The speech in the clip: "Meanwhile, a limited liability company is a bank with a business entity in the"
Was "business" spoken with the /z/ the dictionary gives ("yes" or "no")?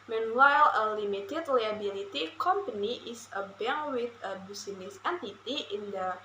no